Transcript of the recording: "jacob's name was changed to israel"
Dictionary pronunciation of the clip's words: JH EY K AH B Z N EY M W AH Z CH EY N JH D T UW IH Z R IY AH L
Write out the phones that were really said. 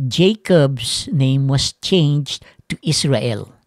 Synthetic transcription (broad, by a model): JH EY K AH B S N EY M W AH S CH EY N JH T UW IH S R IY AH L